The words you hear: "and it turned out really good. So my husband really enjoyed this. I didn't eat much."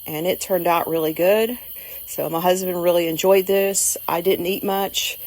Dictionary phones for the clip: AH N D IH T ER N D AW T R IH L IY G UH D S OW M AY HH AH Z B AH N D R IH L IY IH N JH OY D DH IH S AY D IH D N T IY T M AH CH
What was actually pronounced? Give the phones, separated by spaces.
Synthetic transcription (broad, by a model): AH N IH T ER N D AW T R IH L IY G UH D S OW M AY HH AH Z B AH N D R IH L IY IH N JH OY D DH IH S AY D IH D N T IY T M AH CH